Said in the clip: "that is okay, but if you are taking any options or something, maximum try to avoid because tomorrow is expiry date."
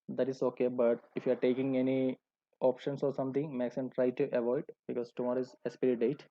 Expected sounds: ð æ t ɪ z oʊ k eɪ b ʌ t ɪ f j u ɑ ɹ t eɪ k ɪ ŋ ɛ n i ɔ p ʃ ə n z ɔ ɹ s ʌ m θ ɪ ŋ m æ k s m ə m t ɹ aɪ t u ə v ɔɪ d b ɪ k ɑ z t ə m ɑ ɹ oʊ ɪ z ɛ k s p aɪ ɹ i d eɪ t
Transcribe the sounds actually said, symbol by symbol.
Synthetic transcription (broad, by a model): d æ t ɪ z oʊ k eɪ b ʌ t ɪ f j u ɑ ɹ t eɪ k ɪ ŋ ɛ n i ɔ p ʃ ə n s ɔ ɹ s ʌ m t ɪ ŋ m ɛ k s ə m t ɹ aɪ t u ə v ɔɪ d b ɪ k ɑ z t ə m ɑ ɹ oʊ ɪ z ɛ s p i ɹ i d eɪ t